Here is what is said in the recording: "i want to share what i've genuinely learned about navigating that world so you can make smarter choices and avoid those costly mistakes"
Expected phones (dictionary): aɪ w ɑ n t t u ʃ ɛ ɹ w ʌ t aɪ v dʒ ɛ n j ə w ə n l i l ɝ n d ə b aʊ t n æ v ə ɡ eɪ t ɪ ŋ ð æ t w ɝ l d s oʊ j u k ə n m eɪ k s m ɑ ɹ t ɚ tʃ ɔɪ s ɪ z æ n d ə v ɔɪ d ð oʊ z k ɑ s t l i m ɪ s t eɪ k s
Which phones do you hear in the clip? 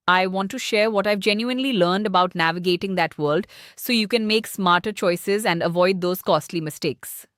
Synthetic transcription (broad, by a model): aɪ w ɑ n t t u ʃ ɛ ɹ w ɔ t aɪ v dʒ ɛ n j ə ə n l i l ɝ n d ə b aʊ t n æ v ə ɡ eɪ t ɪ ŋ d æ t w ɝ l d s oʊ j u k ə n m eɪ k s m ɑ ɹ t ɚ tʃ ɔɪ s ɪ z æ n d ə v ɔɪ d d oʊ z k ɑ s t l i m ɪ s t eɪ k s